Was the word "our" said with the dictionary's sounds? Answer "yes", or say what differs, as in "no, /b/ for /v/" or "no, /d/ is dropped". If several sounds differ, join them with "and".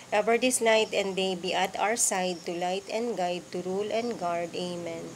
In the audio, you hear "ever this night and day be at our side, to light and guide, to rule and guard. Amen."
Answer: no, /w/ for /ɹ/